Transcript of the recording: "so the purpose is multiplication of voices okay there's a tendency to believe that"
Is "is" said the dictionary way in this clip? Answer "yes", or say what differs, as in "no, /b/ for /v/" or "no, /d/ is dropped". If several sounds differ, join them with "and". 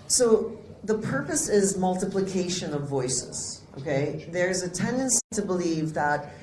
yes